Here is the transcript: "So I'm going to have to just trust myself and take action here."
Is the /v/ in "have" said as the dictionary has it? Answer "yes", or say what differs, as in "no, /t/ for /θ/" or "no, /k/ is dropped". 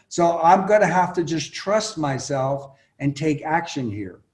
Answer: no, /f/ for /v/